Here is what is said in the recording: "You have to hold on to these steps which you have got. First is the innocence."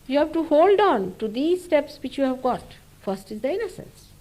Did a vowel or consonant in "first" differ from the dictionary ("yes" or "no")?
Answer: no